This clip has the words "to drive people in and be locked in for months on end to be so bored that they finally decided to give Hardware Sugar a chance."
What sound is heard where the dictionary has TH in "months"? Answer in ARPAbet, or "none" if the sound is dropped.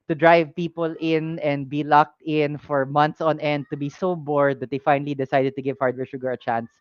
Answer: T